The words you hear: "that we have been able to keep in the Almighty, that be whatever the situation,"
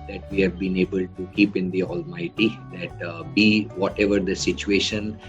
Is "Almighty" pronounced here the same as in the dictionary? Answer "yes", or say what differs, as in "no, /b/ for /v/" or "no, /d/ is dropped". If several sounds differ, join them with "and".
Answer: yes